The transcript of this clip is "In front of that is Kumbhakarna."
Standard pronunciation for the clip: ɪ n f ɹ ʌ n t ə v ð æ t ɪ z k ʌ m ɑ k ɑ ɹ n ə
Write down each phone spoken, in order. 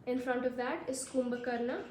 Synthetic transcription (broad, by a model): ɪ n f ɹ ʌ n t ə v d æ t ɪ s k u m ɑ k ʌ ɹ n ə